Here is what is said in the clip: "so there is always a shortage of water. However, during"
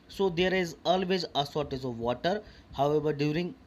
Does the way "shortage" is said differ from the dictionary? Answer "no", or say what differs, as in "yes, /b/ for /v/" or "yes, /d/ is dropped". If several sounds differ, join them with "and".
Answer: yes, /s/ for /ʃ/